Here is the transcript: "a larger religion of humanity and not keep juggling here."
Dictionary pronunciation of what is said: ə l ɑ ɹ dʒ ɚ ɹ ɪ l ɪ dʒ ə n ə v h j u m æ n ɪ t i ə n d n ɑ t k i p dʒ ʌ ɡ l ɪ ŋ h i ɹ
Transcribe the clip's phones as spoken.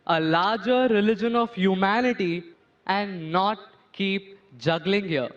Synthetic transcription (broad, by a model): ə l ɑ ɹ dʒ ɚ ɹ ɪ l ɪ dʒ ə n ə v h j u m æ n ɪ t i ə n d n ɑ t k i p dʒ ʌ ɡ l ɪ ŋ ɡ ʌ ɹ